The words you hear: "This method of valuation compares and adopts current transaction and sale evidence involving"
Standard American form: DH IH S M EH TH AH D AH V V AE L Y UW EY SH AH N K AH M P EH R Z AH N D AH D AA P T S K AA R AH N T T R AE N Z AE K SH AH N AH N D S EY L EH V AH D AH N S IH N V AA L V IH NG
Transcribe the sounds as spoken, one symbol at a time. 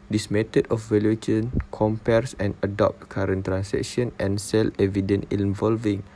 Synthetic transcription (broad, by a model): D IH S M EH T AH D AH F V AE L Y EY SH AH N K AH M P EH R S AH N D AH D AA P T K AA R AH N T T R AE N S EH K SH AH N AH N S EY L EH V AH D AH N IH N V AA L V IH NG